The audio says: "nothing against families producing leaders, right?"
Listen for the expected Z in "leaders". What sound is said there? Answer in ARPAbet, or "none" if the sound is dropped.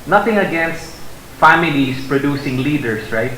S